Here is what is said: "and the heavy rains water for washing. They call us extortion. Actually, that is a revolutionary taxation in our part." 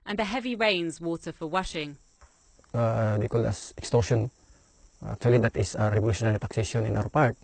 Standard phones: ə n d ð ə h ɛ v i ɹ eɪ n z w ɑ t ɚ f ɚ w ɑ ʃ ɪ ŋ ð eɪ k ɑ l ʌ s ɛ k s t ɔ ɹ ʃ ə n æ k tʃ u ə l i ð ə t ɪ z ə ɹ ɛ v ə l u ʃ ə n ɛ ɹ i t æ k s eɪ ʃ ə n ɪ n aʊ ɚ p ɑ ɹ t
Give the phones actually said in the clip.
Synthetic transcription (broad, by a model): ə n ð ə h ɛ v i ɹ eɪ n z w ɑ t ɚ f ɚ w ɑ ʃ ɪ ŋ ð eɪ k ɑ l ʌ s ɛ k s t ɔ ɹ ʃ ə n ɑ k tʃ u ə l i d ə t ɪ s ə ɹ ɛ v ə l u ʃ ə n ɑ ɹ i t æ k s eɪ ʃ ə n ɪ n aʊ ɚ p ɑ ɹ t